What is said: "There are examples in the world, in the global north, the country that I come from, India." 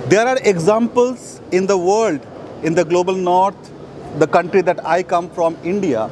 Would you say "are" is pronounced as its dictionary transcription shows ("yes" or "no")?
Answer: yes